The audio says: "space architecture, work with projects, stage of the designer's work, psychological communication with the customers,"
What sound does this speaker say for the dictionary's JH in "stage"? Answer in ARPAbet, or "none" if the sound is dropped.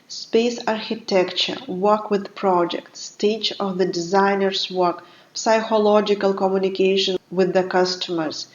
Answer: CH